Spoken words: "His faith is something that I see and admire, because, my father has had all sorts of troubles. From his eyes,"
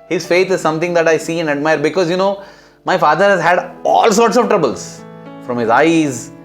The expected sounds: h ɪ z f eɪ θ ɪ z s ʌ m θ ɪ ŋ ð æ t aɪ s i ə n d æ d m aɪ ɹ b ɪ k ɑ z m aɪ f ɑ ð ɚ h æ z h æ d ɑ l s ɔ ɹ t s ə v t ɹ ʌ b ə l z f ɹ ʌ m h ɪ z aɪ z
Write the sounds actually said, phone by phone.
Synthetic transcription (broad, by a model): h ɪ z f eɪ t ɪ z s ʌ m t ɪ ŋ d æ t aɪ s i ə n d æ d m aɪ ɹ b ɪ k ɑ z m aɪ f ɑ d ɚ h æ z h æ d ɑ l s ɔ ɹ t s ə v t ɹ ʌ b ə l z f ɹ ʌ m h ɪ z aɪ z